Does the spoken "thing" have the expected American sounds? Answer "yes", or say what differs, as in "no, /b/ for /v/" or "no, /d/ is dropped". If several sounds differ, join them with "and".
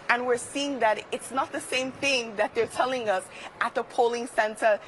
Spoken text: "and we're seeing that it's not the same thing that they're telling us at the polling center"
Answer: yes